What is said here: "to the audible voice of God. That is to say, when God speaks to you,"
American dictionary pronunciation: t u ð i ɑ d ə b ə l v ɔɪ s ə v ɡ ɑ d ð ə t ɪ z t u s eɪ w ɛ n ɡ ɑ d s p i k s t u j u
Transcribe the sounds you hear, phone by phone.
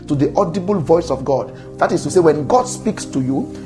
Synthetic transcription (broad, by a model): t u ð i ɑ d ə b ə l v ɔɪ s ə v ɡ ɑ d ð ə t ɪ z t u s eɪ w ɛ n ɡ ɑ d s p i k s t u j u